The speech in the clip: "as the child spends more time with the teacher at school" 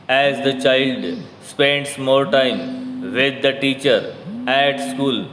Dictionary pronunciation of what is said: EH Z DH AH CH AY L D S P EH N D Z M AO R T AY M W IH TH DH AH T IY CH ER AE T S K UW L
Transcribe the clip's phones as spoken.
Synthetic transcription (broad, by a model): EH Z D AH CH AY L D S P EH N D S M AO L T AY M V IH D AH T IY CH ER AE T S K UW L